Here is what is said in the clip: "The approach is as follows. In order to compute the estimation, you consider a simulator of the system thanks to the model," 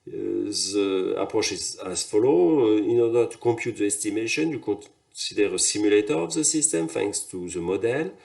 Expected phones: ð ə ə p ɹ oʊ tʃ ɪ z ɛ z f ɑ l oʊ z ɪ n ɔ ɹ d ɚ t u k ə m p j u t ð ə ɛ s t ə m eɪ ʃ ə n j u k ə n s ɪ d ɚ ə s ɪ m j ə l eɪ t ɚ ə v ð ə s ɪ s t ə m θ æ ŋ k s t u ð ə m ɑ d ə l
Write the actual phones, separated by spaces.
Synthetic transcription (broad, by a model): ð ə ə p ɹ oʊ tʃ ɪ z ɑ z f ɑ l oʊ ɪ n ɔ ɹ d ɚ t u k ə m p j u t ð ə ɛ s t ə m eɪ ʃ ə n j u k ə s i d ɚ ə s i m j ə l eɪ t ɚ ə v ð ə s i s t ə m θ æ ŋ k s t u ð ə m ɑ d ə l